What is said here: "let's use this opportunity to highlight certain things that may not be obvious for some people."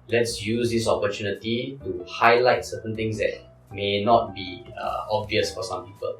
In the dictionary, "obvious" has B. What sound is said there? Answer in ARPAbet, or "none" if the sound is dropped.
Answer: B